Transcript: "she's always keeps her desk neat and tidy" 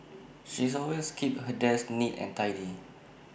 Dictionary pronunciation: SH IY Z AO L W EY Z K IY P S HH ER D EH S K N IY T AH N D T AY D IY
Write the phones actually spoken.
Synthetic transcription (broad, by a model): SH IY S AO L W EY S K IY P HH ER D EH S N IY T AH N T AY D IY